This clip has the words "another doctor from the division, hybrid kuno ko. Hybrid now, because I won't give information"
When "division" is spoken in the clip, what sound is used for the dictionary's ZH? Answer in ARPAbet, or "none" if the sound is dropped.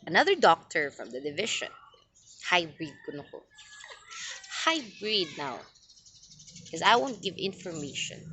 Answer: SH